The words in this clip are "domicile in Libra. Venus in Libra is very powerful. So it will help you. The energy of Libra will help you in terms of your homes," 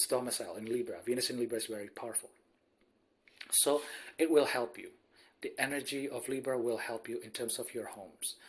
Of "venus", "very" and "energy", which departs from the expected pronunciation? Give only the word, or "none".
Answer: none